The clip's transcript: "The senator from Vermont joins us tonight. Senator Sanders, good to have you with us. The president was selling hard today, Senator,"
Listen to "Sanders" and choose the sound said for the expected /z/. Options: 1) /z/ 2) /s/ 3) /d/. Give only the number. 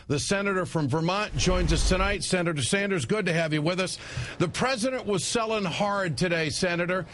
1